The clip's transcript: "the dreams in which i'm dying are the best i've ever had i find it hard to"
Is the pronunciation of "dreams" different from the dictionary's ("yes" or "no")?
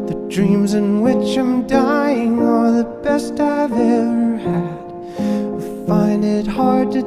no